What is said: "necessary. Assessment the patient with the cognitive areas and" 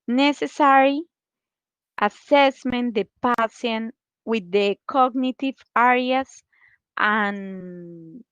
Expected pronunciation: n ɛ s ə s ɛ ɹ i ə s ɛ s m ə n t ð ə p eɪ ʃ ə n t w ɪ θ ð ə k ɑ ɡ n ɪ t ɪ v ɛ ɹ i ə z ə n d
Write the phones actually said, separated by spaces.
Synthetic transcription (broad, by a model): n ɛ s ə s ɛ ɹ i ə s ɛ s m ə n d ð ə p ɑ s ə n w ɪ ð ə k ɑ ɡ n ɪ t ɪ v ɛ ɹ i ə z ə n